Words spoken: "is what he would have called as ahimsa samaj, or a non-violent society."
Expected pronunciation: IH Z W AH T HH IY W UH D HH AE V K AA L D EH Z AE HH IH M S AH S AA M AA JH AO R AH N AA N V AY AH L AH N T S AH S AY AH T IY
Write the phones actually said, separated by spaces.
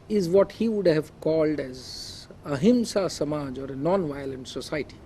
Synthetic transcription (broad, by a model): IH Z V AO T HH IY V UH D HH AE V K AA L D EH Z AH HH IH M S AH S AA M AA JH AO R AH N AA N V AY AH L AH N T S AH S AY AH T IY